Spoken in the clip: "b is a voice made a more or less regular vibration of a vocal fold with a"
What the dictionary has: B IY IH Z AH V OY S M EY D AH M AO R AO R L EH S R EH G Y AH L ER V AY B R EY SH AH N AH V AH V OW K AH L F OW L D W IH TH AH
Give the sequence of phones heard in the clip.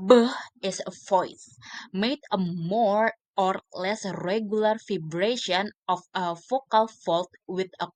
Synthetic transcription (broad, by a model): B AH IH S AH F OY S M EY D AH M AO R AO R L EH S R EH G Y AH L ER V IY B R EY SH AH N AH F AH F OW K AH L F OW L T W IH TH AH